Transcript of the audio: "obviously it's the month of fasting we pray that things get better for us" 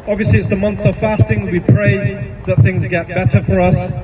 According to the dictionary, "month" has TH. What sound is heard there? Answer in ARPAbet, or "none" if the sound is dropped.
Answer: TH